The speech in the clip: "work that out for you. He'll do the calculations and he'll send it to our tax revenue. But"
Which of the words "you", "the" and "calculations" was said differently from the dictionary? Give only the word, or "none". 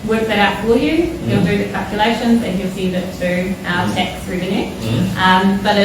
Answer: none